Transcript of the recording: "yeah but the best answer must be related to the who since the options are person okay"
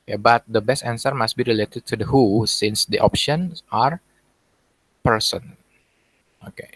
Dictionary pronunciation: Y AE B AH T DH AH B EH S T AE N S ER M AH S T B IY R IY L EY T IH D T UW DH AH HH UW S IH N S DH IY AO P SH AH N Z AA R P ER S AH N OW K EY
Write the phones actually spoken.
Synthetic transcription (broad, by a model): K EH B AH T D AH B EH S T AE N S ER M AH S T B IY R IY L EY T IH D T UW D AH HH UW S IH N S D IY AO P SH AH N AA R P ER S AH N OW K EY